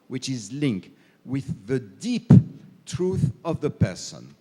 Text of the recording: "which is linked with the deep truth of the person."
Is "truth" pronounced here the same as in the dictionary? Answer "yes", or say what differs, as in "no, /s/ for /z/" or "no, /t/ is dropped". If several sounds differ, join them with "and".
yes